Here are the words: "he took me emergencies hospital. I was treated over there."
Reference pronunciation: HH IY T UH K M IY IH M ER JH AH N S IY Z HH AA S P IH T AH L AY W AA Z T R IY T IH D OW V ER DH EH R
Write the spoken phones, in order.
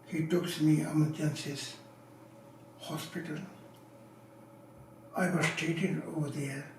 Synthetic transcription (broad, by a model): HH IY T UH K M IY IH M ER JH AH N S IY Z HH AA S P IH T AH L AY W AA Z T EH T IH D OW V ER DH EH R